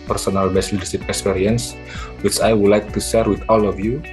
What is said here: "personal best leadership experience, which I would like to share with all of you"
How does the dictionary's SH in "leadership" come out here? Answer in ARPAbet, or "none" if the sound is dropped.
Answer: S